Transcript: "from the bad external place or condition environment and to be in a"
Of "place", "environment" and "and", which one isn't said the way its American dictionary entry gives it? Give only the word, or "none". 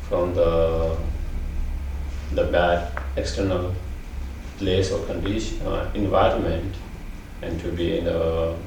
none